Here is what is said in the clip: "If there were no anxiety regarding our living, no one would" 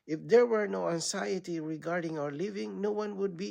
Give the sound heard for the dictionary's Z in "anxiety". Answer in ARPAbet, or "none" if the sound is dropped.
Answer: S